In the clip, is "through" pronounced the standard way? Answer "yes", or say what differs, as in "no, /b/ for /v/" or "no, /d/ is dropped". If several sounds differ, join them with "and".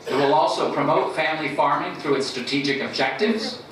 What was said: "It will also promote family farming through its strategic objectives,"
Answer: yes